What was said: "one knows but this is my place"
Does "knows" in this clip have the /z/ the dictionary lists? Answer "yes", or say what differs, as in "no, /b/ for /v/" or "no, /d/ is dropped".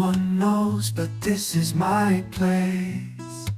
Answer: yes